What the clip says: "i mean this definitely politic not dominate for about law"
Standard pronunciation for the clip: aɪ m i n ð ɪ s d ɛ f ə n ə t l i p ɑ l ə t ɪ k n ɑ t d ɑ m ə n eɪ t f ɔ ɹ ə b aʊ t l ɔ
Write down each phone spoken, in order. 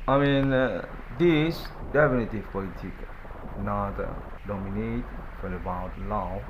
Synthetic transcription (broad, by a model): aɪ m i n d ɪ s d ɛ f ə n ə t i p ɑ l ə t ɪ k n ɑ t d ɑ m ə n eɪ t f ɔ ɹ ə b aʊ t l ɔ